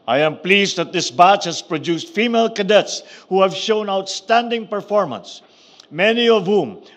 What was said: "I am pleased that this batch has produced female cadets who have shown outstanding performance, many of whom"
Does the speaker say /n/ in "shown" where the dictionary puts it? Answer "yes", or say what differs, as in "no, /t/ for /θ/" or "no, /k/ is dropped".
yes